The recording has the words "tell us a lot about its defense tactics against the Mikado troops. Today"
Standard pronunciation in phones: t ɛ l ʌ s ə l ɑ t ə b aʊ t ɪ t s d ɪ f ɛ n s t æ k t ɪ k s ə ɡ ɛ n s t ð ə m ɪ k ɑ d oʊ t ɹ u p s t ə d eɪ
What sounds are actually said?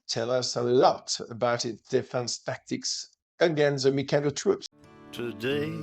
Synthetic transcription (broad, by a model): t ɛ l ʌ s ə l ɑ t ə b aʊ t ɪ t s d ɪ f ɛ n s t æ k t ɪ k s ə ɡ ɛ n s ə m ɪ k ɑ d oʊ t ɹ u p s t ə d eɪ